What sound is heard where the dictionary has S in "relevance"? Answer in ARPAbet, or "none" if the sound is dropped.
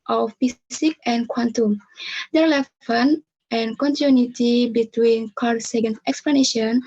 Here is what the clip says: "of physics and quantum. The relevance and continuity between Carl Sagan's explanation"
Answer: none